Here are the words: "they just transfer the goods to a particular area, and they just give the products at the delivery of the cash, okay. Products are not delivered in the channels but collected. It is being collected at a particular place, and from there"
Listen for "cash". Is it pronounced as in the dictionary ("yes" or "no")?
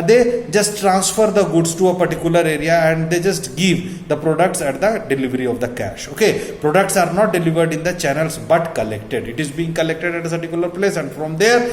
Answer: yes